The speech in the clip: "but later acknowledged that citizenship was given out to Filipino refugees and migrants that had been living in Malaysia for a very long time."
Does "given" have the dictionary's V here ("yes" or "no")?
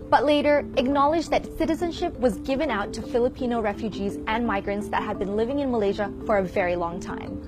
yes